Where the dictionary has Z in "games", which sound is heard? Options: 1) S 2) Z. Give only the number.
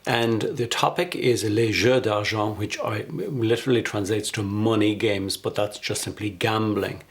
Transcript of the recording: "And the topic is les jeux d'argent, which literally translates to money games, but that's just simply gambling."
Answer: 2